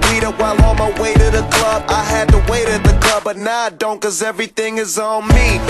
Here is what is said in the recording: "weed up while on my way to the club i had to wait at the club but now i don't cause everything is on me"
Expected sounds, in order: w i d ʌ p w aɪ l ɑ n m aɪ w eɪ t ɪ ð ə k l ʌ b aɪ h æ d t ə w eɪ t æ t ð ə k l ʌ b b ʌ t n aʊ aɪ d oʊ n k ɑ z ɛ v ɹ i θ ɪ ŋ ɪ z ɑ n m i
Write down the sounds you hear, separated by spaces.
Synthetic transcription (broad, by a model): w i d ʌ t w aɪ l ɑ m aɪ w eɪ t ɪ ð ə k l ʌ b aɪ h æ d t ə w eɪ t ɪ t ð ə k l ʌ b b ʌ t n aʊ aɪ d oʊ n k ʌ z ɛ v ɹ i θ ɪ ŋ ɪ z n m i